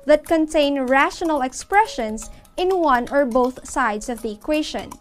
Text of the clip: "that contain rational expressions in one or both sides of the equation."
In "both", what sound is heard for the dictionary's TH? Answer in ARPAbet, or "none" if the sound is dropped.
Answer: TH